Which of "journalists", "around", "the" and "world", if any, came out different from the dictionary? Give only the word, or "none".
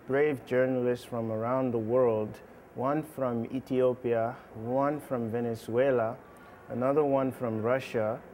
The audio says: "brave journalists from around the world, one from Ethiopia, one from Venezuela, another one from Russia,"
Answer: none